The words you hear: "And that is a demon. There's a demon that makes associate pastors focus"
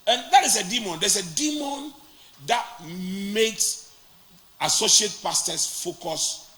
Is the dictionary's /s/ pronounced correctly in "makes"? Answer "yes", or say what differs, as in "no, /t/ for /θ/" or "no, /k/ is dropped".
yes